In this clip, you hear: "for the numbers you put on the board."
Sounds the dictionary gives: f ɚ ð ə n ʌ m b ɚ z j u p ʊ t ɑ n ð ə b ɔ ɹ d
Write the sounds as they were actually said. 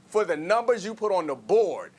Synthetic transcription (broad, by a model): f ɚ ð ə n ʌ m b ɚ z j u p ʊ t n ð ə b ɔ ɹ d